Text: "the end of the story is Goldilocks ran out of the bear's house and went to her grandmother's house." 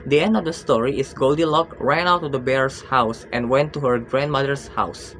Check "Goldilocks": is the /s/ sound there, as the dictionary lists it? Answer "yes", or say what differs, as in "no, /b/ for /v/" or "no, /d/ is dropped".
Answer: no, /s/ is dropped